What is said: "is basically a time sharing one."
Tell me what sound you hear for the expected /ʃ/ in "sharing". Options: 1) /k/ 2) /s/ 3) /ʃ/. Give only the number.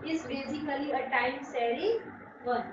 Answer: 2